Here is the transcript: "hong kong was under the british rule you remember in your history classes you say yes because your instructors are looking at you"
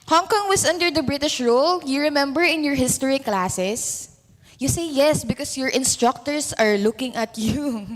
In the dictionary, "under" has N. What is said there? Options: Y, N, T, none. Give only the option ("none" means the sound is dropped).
N